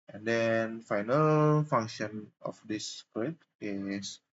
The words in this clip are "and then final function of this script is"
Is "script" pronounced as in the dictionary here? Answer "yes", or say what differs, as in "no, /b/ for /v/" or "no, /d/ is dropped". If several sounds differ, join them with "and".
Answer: no, /p/ is dropped